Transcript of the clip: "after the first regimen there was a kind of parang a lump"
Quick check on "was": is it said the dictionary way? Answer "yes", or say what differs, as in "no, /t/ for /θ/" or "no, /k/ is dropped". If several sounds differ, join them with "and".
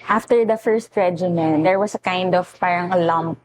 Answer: no, /s/ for /z/